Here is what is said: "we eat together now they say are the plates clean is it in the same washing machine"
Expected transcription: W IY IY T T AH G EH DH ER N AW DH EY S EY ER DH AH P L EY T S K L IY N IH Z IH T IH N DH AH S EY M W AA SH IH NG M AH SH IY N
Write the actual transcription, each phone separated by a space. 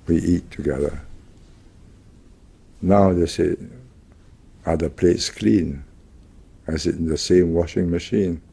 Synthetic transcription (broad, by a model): W IY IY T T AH G EH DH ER N AW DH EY S EY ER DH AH P L EY T S K L IY N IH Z IH T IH N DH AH S EY M W AA SH IH NG M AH SH IY N